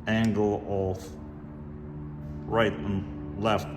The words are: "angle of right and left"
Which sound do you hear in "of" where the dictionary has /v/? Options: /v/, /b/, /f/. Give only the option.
/f/